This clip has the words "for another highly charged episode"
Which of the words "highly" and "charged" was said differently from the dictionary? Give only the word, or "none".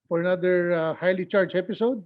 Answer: charged